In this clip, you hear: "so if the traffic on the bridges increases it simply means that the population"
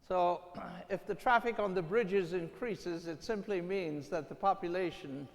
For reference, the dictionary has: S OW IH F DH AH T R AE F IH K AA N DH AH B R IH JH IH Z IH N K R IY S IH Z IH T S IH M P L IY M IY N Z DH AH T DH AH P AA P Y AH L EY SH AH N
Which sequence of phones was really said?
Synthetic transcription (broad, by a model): S OW IH F DH AH T R AE F IH K N DH AH B R IH JH IH Z IH N K R IY S IH Z IH T S IH M P L IY M IY N Z DH AH T DH AH P AA P Y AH L EY SH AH N